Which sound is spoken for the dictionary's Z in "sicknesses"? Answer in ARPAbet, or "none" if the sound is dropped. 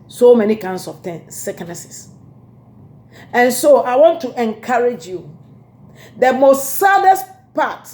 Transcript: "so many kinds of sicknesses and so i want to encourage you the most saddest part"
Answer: S